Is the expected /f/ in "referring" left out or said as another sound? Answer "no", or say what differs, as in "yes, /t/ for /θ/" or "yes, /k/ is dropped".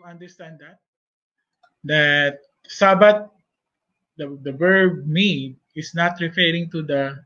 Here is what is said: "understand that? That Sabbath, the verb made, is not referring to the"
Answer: no